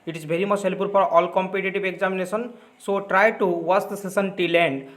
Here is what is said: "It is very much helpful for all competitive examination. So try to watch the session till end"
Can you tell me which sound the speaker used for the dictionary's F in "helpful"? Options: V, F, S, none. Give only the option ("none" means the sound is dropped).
none